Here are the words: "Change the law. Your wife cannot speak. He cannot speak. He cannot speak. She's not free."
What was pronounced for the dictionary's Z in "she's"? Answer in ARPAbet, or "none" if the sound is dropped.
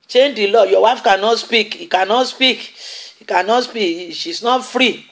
S